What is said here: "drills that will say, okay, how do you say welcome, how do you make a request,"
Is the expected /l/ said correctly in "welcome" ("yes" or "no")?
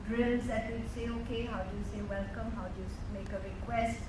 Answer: yes